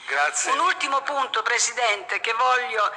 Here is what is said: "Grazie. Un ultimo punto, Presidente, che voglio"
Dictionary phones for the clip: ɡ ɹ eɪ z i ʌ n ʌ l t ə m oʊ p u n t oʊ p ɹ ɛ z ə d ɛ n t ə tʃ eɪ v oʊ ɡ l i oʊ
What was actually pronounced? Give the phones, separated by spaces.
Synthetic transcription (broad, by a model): ɡ ɹ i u n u l t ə m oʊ p u n t oʊ p ɹ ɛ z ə d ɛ n t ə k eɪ v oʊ l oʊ